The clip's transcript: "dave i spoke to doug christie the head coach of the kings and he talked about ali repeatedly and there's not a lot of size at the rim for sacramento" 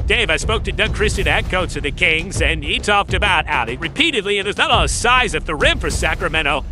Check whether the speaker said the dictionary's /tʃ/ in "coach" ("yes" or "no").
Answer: no